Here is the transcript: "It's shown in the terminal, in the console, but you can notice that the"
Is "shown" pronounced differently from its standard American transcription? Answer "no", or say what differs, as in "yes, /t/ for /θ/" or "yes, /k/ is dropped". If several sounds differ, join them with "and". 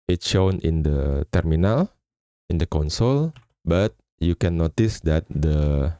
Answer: no